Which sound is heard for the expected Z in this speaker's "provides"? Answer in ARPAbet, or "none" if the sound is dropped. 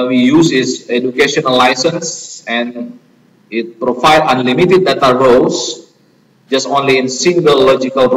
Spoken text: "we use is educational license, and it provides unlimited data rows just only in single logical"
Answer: none